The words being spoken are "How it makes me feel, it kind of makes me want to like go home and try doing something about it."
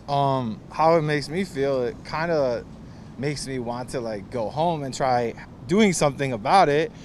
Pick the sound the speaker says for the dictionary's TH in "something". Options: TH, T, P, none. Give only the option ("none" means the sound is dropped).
TH